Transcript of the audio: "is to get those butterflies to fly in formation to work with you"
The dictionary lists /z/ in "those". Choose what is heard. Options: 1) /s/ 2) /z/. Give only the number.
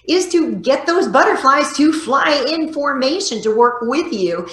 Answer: 2